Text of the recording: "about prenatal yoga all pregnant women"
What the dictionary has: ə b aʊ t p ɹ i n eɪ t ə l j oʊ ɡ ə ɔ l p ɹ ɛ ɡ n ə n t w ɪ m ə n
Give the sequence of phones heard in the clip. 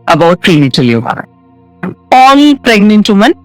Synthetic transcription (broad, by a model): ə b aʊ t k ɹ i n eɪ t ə l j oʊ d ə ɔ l p ɹ ɛ ɡ n ə n t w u m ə n